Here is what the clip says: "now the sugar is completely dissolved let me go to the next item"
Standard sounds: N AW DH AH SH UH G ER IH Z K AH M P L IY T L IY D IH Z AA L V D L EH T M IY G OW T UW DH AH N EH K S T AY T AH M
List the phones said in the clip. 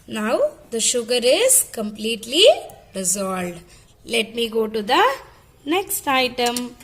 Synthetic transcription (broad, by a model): N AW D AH SH UH G ER IH Z K AH M P L IY T L IY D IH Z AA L D L EH T M IY G OW T UW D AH N EH K S T AY T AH M